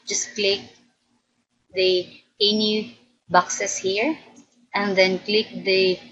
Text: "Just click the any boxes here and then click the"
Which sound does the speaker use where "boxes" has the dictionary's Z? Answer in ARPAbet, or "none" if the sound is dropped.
S